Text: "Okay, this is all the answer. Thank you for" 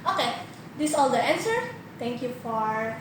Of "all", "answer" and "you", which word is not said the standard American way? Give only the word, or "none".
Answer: none